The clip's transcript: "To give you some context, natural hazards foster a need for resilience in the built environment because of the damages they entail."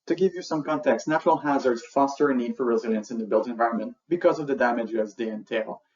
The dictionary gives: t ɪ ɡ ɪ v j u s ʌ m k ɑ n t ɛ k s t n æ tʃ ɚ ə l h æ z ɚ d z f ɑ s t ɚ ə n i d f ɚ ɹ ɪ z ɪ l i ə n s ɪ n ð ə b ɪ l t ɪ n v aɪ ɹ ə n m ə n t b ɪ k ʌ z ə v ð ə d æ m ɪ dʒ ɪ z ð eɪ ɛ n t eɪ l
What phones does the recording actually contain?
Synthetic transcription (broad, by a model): t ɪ ɡ ɪ v j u s ʌ m k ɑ n t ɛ k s n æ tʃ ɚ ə l h æ z ɚ d z f ɑ s t ɚ ə n i d f ɚ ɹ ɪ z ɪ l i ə n s ɪ n ð ə b ɪ l t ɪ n v aɪ ɹ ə n m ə n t b ɪ k ʌ z ə v ð ə d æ m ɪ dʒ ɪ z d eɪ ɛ n t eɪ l